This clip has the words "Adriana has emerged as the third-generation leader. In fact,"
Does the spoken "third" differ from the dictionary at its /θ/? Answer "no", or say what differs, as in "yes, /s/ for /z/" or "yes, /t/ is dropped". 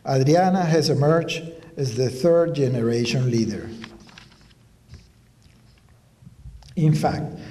no